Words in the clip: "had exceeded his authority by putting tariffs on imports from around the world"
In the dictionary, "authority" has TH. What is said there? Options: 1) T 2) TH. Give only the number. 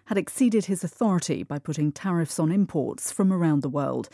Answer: 2